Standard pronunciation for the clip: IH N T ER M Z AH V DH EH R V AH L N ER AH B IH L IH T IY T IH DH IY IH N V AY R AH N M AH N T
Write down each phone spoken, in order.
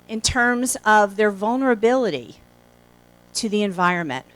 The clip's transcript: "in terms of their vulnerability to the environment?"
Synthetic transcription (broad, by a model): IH N T ER M Z AH V DH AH R V AH L N ER AH B IH L IH T IY T IH DH IY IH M V AY R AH N M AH N T